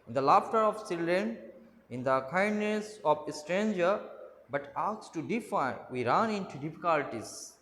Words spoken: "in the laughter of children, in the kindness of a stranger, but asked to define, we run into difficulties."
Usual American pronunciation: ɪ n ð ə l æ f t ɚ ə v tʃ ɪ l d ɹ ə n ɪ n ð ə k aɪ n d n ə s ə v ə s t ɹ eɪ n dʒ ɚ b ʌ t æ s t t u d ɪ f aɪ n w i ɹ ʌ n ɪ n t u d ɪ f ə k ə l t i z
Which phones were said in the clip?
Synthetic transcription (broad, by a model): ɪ n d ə l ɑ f t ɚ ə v s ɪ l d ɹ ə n ɪ n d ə k aɪ n d n ə s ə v ə s t ɹ eɪ n dʒ ɚ b ʌ t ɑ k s t u d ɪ f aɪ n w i ɹ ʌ n ɪ n t u d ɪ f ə k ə l t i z